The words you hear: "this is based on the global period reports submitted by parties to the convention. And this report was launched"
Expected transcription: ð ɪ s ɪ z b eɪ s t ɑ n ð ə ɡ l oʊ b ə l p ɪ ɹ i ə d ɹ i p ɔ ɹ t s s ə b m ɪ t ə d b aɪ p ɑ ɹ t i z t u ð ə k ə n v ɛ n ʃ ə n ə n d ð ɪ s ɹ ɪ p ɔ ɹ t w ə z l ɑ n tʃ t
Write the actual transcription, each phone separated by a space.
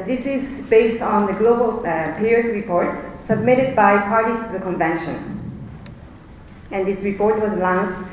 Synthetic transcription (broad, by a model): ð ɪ s ɪ z b eɪ s t n ð ə ɡ l oʊ b ə l p ɪ ɹ i ə d ɹ i p ɔ ɹ t s s ə b m ɪ t ə d b aɪ p ɑ ɹ t i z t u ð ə k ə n v ɛ n ʃ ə n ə n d ð ɪ s ɹ ɪ p ɔ ɹ t w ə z l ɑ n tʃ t